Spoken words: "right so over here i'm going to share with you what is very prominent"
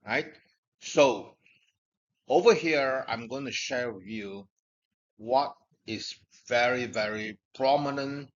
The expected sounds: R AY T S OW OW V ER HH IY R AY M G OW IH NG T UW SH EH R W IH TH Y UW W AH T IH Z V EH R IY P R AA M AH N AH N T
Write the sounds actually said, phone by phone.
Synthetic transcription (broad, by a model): R AY T S OW OW V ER HH IY R AY M G OW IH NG T UW SH EH R W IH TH Y UW W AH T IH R V EH R IY P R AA M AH N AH N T